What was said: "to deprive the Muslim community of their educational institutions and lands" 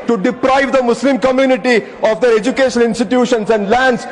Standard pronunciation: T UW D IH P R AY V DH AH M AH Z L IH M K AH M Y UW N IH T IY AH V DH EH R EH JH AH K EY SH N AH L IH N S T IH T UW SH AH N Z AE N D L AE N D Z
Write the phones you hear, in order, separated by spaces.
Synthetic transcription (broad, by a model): T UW D IH P R AY V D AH M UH S L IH M K AH M Y UW N IH T IY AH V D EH R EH JH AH K EY SH AH N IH N S T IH T UW SH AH N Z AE N D L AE N D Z